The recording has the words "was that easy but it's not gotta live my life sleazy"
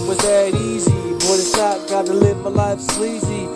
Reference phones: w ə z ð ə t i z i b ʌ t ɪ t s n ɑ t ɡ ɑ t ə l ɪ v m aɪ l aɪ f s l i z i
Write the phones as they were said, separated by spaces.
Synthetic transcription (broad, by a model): w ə z ð ə t i z i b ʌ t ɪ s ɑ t ɡ ɑ t ə l ɪ v m aɪ l aɪ f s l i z i